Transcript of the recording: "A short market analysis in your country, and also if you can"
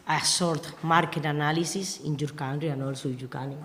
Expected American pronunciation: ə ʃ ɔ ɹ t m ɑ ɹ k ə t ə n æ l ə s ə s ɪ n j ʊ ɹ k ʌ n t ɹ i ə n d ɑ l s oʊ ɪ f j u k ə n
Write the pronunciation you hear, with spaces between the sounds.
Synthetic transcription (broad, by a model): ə s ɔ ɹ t m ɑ ɹ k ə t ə n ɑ l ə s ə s ɪ n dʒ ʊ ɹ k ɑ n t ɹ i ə n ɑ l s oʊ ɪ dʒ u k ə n